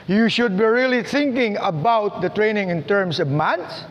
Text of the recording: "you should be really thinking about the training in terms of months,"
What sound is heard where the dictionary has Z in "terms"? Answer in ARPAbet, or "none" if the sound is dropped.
S